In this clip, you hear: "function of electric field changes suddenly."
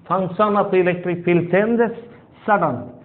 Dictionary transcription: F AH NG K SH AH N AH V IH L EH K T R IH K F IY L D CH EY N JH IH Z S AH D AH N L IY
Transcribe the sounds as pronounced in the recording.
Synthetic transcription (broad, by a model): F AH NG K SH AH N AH P IH L EH K T R IH K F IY L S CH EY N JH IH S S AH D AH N